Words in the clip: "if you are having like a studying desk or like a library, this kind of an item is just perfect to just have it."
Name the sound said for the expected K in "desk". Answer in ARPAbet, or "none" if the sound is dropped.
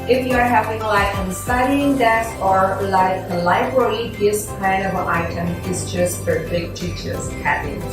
none